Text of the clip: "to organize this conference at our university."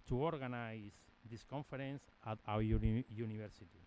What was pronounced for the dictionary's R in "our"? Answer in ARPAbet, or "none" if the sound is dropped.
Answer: W